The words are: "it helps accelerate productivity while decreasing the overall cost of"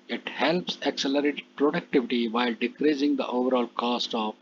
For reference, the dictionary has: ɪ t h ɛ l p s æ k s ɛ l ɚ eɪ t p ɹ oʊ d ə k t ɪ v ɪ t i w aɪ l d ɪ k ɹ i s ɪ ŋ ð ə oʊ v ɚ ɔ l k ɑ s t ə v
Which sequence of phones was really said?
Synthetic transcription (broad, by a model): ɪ t h ɛ l p s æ k s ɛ l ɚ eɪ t p ɹ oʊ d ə k t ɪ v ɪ t i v aɪ l d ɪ k ɹ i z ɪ ŋ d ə oʊ v ɚ ɔ l k ɑ s t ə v